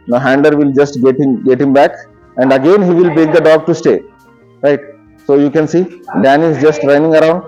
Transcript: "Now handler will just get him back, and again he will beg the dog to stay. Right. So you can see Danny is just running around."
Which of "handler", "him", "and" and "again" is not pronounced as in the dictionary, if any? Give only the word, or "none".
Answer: handler